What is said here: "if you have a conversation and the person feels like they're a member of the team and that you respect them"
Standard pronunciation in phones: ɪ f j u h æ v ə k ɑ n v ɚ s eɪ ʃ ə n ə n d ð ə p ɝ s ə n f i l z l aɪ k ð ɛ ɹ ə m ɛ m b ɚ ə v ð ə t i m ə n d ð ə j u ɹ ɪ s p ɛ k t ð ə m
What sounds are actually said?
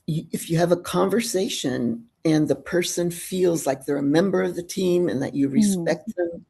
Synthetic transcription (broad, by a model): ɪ f j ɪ v ə k ɑ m v ɚ s eɪ ʃ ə n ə n ð ə p ɝ s ə n f i l z l aɪ k ð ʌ ɹ ə m ɛ m b ɚ ə v ð ə t i m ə n ð ə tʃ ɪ ɹ ɪ s p ɛ k t ð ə m